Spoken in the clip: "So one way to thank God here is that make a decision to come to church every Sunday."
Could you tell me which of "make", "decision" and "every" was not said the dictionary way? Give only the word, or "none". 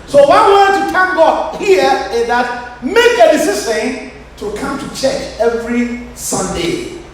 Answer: decision